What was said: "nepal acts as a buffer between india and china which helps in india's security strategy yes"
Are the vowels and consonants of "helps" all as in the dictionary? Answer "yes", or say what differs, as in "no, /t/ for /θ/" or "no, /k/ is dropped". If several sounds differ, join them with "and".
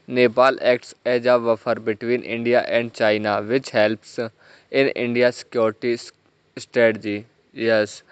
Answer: yes